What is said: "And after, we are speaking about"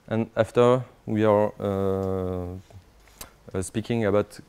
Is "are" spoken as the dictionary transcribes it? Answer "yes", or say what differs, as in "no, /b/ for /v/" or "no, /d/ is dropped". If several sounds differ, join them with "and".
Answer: yes